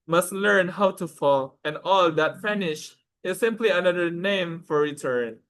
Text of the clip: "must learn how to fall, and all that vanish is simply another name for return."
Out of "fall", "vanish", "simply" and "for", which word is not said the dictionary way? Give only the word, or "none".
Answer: vanish